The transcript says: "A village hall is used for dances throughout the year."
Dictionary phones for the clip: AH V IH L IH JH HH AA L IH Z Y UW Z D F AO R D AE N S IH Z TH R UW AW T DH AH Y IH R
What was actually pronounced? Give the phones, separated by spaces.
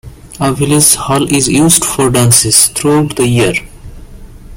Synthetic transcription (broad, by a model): AH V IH L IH Z HH AA L IH Z Y UW Z D F AO R D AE N S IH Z T R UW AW T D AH Y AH R